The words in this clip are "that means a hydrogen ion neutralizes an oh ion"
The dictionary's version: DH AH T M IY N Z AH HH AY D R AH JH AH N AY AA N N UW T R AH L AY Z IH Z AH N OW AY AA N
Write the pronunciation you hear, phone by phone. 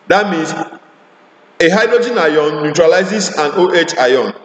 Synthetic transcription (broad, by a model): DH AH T M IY N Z AH HH AY D R AH JH AH N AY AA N N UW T R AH L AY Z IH S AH N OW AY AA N